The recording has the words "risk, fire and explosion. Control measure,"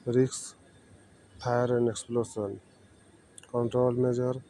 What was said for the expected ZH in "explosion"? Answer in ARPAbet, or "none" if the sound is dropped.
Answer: S